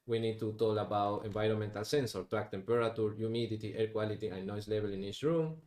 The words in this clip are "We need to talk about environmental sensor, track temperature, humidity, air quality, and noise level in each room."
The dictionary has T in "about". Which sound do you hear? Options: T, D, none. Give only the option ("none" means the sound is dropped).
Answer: T